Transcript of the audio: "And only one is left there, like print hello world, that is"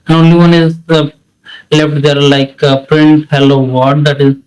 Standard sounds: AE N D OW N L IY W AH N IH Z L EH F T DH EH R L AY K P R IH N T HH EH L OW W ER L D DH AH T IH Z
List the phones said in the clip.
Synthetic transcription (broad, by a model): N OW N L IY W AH N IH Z L EH F T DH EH R L AY K P R IH N T HH EH L OW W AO N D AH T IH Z